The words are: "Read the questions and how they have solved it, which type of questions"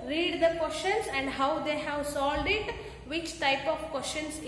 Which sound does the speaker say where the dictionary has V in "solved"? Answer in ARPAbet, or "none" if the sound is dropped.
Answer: none